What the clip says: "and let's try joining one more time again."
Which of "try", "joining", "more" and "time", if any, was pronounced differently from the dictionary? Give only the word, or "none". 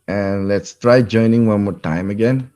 none